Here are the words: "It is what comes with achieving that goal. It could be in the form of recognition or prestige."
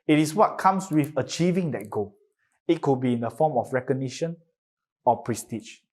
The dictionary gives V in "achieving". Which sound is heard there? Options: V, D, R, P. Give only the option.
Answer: V